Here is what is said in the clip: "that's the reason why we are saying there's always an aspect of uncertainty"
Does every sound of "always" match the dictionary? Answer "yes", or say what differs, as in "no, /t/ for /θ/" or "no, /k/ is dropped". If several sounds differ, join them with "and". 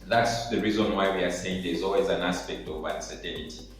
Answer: yes